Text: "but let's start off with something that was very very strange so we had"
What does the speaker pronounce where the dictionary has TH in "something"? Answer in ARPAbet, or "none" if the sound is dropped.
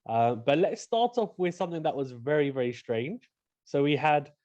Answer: TH